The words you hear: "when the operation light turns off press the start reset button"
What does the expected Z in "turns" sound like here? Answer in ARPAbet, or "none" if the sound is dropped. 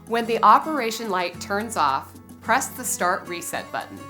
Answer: Z